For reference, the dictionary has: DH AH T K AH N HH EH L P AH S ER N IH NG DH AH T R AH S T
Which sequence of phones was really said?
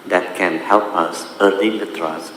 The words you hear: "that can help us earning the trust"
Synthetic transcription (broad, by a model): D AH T K AH N HH EH L P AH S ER L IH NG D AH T R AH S